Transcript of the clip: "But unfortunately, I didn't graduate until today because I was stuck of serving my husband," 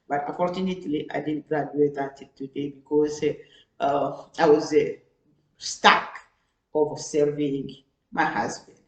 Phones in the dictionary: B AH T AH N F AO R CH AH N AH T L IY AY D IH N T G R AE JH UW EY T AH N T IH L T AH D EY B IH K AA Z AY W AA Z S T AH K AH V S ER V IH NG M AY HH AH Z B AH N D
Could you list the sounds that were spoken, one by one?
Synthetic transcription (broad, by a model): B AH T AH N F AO R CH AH N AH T L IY AY D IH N G R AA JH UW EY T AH T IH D T AH D EY B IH K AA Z AY W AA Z S T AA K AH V S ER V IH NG M AY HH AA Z B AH N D